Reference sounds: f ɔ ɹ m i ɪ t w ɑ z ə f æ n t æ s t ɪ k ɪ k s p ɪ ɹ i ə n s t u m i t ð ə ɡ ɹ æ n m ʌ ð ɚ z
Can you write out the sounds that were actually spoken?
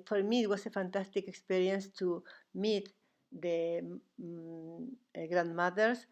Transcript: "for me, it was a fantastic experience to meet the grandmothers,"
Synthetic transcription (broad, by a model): f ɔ ɹ m i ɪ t w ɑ s ə f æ n t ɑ s t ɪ k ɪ k s p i ɹ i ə n s t u m i t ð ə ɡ ɹ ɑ n m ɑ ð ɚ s